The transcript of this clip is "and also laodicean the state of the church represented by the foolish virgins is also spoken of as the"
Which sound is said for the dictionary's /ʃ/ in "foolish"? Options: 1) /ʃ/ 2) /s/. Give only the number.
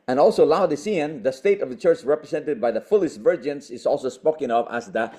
2